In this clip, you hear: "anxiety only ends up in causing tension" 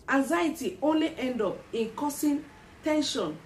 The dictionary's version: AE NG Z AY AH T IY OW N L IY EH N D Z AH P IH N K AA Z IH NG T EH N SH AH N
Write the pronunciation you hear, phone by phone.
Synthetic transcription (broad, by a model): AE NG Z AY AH T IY OW N L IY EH N D AO P IH N K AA S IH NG T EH N SH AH N